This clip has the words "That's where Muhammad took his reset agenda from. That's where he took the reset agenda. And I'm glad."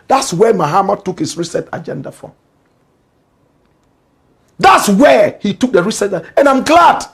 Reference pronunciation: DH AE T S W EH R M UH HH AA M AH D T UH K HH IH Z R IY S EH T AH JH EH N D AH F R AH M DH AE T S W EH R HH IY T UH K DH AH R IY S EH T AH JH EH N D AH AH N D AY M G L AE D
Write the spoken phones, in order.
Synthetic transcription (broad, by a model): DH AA T S W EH M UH HH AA M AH T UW K HH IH S R IY S EH T AH JH EH N D AH F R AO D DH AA T S W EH HH IY T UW K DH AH R IY S EH T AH EH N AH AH M G L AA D